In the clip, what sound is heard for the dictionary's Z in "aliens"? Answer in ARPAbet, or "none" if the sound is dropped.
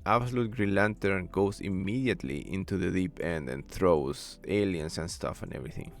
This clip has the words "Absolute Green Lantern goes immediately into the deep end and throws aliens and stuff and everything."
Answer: S